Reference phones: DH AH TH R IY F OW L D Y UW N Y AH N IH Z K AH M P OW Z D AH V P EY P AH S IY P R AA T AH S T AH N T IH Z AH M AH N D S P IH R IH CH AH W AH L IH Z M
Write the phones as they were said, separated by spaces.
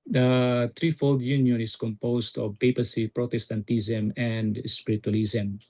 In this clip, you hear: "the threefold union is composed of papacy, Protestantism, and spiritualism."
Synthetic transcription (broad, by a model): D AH T R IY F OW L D Y UW N Y AH N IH S K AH M P OW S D AH V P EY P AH S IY P R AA T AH S T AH N T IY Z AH M AH N D S P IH R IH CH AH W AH L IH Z M